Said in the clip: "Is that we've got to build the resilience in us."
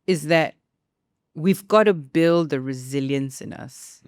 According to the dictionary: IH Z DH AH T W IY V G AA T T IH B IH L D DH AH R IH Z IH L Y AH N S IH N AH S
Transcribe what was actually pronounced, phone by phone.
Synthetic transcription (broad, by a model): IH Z DH AH T W IY V G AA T T IH B IH L D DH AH R IH Z IH L Y AH N S IH N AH S